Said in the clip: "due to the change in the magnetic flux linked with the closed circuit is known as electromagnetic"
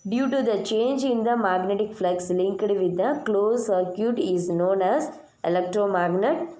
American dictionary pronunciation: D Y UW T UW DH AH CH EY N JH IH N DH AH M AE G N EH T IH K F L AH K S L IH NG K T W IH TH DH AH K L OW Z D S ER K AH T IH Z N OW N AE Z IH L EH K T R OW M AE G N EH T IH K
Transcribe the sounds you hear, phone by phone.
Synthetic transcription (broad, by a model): D Y UW T UW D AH CH EY N JH IH N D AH M AE G N EH T IH K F L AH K S L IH NG K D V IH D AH K L OW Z S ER K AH T IH Z N OW N AE Z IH L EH K T R OW M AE G N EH T